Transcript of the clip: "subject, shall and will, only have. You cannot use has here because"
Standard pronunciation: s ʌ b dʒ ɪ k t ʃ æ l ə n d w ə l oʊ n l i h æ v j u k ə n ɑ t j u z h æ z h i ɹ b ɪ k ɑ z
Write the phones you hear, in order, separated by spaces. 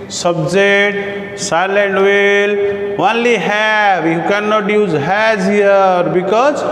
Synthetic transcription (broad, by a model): s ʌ b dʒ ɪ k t s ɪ l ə n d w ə l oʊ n l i h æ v j u k ə n ɑ t j u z h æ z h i ɹ b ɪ k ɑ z